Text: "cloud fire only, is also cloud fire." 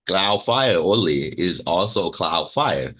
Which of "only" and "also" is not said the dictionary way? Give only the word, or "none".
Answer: only